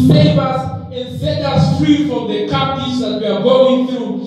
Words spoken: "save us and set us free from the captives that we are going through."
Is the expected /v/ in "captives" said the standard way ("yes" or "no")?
no